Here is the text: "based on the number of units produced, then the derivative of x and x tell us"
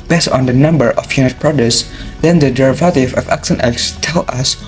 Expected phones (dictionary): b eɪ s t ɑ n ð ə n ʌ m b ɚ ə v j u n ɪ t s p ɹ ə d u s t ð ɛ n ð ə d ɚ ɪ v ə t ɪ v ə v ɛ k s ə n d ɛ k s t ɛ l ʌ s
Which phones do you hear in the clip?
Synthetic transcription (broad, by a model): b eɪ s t ɑ n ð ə n ʌ m b ɚ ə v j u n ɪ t p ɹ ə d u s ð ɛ n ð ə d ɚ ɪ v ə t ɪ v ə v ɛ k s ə n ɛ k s t ɛ l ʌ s